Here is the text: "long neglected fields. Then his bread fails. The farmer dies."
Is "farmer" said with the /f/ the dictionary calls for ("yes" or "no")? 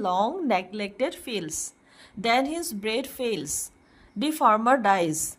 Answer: yes